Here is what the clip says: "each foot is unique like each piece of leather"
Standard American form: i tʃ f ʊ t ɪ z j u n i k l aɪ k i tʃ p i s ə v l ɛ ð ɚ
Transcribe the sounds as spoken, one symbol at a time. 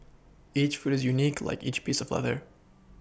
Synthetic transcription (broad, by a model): i tʃ f ʊ t ɪ z j u n i k l aɪ k i tʃ p i s ə v l ɛ ð ɚ